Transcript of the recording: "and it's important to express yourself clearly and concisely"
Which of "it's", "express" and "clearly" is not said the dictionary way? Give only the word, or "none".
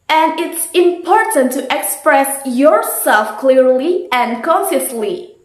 none